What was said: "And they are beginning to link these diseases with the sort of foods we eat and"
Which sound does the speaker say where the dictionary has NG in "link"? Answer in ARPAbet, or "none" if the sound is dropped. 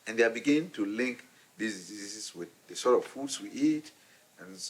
NG